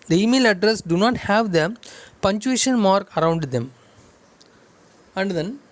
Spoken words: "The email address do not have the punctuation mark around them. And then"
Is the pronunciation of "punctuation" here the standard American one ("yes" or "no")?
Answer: no